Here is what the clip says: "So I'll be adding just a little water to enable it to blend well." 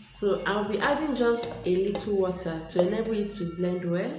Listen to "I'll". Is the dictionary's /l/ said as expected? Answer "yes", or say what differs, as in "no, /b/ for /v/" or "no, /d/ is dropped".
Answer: no, /w/ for /l/